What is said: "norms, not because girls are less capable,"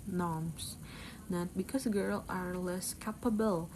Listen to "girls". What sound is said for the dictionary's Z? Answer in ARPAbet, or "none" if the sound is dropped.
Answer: none